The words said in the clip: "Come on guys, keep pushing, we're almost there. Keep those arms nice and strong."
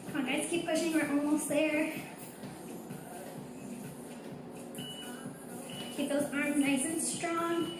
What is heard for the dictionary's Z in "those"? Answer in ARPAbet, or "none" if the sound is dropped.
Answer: Z